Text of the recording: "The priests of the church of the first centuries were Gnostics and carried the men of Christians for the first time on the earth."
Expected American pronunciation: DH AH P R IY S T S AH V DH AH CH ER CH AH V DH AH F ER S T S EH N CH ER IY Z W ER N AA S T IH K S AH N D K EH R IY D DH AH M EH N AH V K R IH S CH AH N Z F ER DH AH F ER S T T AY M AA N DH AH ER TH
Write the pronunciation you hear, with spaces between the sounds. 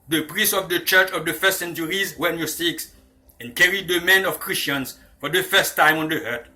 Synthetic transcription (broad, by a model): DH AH P R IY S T AH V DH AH CH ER CH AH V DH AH F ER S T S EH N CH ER IY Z W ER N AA S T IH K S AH N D K EH R IY D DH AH M EH N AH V K R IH S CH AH N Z F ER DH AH F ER S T T AY M AA N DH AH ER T